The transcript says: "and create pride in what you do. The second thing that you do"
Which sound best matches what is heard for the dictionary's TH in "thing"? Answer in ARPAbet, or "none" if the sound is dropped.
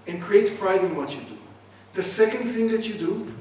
TH